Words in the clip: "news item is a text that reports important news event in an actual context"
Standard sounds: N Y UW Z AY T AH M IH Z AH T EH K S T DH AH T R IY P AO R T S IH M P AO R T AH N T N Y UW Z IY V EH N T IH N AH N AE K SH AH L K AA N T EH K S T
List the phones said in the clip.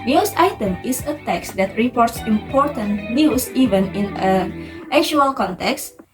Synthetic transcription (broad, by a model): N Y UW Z AY T AH M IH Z AH T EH K S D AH T R IY P AO R T S IH M P AO R T AH N T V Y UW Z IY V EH N IH N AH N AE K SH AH L K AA N T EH K S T